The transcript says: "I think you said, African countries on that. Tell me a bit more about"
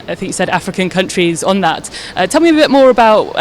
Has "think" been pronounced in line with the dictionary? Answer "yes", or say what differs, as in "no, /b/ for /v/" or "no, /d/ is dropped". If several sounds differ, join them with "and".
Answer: yes